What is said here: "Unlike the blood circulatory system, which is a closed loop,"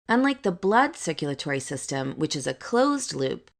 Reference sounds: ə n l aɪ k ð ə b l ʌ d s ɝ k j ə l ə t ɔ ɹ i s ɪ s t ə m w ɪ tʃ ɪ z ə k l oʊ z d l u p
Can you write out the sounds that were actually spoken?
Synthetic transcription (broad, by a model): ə n l aɪ k ð ə b l ʌ d s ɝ k j l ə t ɔ ɹ i s ɪ s t ə m w ɪ tʃ ɪ z ə k l oʊ z d l u p